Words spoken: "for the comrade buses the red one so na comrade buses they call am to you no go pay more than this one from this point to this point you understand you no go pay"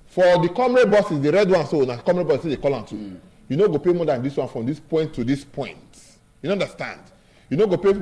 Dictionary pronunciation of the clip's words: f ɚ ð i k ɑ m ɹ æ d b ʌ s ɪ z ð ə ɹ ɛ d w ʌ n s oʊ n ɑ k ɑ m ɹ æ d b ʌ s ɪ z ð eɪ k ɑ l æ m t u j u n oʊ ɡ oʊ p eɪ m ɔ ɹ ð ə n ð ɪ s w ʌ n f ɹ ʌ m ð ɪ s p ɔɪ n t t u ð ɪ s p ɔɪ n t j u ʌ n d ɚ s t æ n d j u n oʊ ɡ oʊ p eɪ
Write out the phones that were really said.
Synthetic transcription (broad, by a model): f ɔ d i k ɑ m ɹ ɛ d b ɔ s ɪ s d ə ɹ ɛ d w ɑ n s oʊ n ɑ k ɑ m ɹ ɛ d b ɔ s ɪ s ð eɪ k ɑ l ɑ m t u j u n oʊ ɡ oʊ p eɪ m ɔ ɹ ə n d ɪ s w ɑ n f ɹ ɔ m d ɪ s p ɔɪ n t t u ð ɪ s p ɔɪ n t j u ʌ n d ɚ s t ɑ n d j u n oʊ ɡ oʊ p eɪ